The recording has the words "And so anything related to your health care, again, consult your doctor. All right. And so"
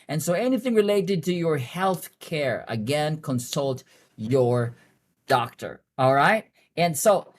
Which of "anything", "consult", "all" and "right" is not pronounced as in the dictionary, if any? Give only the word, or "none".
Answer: none